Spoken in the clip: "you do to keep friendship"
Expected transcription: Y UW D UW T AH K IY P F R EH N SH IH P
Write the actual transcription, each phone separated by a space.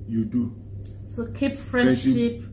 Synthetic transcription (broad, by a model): Y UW D UW S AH K IY P F R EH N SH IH P